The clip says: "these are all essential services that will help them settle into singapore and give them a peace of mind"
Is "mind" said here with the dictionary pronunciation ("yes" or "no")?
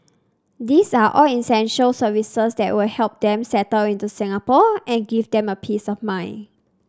no